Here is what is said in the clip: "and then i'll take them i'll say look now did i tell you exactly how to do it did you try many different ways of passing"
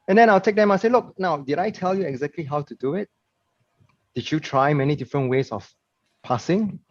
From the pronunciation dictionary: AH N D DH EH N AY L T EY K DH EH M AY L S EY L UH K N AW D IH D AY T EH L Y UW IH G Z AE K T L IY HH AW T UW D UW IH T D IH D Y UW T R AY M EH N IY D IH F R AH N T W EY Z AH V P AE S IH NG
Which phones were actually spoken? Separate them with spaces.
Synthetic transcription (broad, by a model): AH N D EH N AY L T EY K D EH M AY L S EY L UH K N AW D IH D AY T EH L Y UW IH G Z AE K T L IY HH AW T UW D UW IH T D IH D Y UW T R AY M EH N IY D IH F R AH N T W EY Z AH F P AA S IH NG